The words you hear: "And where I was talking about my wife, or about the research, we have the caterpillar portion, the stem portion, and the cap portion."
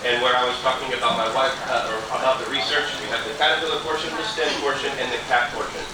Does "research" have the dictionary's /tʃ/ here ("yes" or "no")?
yes